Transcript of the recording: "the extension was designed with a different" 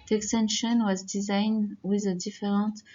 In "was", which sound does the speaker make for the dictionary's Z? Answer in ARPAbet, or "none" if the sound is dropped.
Z